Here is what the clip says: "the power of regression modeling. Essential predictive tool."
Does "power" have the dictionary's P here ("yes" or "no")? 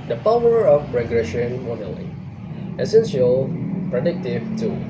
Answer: yes